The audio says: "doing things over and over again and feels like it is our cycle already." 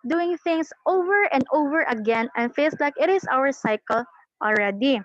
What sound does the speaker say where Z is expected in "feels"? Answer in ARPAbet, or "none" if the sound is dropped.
S